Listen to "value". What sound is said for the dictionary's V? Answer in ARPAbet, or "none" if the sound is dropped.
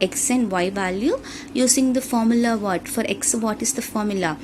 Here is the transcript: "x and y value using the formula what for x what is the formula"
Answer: V